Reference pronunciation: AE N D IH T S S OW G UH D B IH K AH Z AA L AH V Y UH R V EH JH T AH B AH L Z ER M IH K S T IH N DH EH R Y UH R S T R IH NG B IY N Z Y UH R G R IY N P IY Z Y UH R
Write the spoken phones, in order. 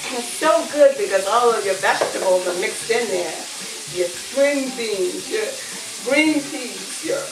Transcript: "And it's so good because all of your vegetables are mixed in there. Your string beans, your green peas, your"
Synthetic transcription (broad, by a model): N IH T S S OW G UH D B IH K AH Z AA L AH V Y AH R V EH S T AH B L Z ER M IH K S T IH N DH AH R Y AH R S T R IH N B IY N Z Y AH R G R IY N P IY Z Y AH R